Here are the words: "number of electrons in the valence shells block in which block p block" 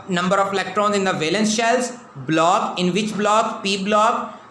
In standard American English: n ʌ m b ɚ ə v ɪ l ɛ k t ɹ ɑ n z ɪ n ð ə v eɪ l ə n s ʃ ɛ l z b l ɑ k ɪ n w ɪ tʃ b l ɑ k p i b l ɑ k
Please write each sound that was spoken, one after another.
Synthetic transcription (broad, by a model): n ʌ m b ɚ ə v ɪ l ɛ k t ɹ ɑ n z ɪ n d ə v eɪ l ə n s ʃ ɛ l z b l ɑ k ɪ n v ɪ tʃ b l ɑ k p i b l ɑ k